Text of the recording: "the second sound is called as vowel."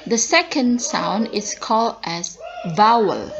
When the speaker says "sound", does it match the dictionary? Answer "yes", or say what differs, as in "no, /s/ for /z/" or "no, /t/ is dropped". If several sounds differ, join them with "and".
yes